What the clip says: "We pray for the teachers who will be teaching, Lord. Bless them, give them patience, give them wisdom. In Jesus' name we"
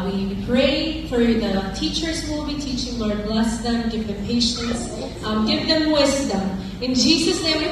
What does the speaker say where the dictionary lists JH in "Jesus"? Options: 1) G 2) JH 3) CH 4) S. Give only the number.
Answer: 2